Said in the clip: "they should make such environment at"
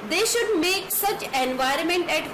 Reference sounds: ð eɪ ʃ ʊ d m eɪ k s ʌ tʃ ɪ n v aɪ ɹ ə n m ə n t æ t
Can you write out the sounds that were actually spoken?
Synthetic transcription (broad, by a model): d eɪ ʃ ʊ d m eɪ k s ʌ tʃ ɪ n v aɪ ɹ ə n m ə n t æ t